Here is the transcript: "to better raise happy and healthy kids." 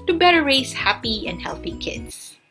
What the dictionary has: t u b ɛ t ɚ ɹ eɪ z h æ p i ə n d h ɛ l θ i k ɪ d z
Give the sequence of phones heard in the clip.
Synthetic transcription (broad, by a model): t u b ɛ t ɚ ɹ eɪ s h æ p i ə n d h ɛ l θ i k ɪ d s